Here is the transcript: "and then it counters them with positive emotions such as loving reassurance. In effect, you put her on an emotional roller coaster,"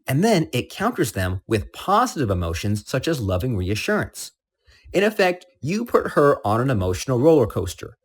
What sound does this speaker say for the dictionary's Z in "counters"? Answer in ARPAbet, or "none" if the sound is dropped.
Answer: Z